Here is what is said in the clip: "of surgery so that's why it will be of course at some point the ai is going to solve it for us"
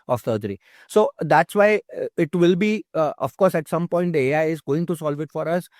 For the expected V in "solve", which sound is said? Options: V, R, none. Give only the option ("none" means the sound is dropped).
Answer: V